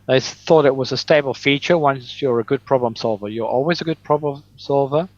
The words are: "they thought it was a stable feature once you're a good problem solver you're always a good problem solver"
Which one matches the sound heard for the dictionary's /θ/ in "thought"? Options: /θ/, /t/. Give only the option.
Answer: /θ/